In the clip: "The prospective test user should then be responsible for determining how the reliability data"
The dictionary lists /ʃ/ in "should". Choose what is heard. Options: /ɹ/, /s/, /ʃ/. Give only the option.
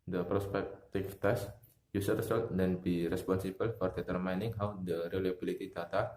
/s/